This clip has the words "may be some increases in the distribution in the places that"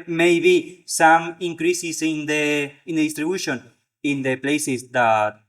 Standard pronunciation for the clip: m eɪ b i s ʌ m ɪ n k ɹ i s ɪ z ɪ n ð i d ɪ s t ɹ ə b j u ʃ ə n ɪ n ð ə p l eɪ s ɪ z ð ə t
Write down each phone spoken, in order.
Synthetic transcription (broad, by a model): m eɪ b i s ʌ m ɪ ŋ k ɹ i s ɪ s ɪ n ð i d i s t ɹ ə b j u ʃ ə n ɪ n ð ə p l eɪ s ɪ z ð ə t